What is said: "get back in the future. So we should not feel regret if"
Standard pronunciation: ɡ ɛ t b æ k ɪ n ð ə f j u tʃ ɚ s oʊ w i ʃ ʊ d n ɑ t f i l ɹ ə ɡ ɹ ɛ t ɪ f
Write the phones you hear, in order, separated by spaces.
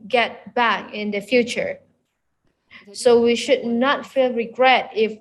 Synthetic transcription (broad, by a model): ɡ ɛ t b æ k ɪ n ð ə f j u tʃ ɚ s oʊ w i ʃ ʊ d n ɑ t f i l ɹ ə ɡ ɹ ɛ t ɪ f